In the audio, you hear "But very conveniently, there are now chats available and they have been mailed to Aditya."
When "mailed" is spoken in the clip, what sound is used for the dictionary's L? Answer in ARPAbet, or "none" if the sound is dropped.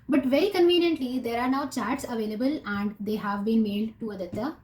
none